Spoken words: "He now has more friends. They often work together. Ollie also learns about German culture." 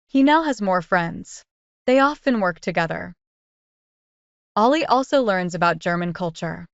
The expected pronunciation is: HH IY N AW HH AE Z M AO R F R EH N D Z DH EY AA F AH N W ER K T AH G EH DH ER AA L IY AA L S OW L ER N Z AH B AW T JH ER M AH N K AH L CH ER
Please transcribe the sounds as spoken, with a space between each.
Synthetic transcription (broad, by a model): HH IY N AW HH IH Z M AO R F R EH N D Z DH EY AA F AH N W ER K T AH G EH DH ER AA L IY AA L S OW L ER N Z AH B AW T JH ER M AH N K AH L CH ER